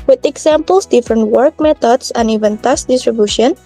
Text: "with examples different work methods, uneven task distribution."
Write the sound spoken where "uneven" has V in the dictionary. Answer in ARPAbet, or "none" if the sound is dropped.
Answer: V